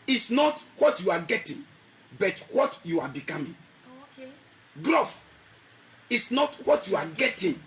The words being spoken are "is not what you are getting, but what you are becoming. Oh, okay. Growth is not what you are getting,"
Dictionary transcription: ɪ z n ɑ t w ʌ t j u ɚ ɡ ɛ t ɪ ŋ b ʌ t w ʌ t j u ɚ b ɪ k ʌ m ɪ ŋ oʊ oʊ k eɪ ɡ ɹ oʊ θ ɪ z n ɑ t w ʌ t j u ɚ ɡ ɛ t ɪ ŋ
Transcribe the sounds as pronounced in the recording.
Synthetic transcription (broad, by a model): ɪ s n ɑ t w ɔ t j u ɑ ɡ ɛ t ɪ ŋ b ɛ t w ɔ t j u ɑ b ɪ k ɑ m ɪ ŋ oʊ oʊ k ɡ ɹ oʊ f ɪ s n ɑ t w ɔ t j u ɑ ɡ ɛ t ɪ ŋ